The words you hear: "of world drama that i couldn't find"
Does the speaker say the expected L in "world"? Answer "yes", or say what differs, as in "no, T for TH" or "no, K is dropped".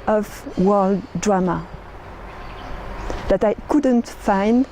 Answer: yes